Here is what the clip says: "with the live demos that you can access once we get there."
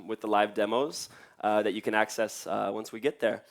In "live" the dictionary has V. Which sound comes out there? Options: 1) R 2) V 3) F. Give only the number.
2